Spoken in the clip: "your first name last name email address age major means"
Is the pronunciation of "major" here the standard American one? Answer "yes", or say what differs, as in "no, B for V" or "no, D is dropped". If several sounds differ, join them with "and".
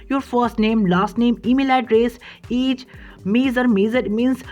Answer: no, Z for JH